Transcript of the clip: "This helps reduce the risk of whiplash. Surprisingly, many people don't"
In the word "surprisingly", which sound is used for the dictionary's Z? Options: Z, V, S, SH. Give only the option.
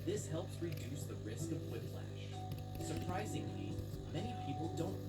Z